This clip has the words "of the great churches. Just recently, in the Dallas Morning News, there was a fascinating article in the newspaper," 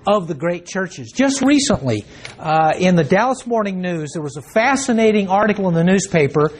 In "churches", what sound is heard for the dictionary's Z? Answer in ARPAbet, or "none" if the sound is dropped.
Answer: Z